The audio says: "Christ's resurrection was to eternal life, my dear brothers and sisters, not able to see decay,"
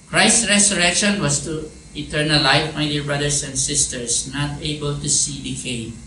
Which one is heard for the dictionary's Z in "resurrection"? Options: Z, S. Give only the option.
S